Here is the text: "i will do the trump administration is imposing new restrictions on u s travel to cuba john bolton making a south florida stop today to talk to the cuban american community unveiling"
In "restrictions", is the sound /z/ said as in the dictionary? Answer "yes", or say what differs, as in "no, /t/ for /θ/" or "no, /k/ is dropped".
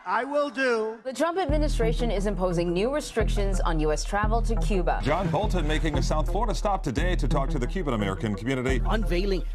yes